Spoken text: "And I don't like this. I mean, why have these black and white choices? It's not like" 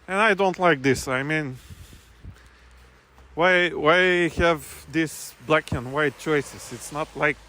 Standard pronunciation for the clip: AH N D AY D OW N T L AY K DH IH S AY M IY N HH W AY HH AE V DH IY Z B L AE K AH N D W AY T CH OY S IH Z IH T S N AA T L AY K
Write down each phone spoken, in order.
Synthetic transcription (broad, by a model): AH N AY D OW N T L AY K DH IH S AY M IY N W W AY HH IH V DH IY S B L AE K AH N W AY T CH OY S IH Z IH T S N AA T L AY K